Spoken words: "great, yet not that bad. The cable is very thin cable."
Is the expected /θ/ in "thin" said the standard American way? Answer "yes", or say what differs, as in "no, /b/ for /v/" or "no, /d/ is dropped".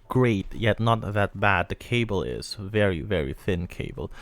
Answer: yes